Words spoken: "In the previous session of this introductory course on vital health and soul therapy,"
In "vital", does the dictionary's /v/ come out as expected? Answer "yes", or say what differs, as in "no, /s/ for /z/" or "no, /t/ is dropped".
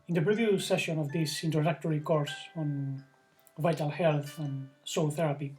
yes